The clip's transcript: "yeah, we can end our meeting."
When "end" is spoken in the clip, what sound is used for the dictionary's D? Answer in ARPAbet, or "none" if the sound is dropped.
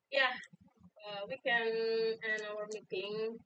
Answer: none